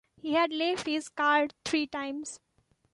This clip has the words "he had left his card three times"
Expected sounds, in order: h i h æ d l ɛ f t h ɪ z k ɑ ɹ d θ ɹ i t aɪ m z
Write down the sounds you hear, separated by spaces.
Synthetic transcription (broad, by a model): h i h æ d l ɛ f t h ɪ z k ɑ ɹ d t ɹ i t aɪ m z